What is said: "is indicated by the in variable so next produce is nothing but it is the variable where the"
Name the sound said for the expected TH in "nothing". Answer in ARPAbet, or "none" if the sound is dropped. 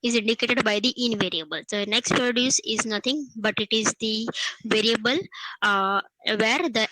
T